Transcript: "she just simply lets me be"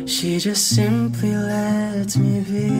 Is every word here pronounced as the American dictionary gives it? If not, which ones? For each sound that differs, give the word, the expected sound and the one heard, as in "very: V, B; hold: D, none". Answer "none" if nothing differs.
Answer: lets: S, none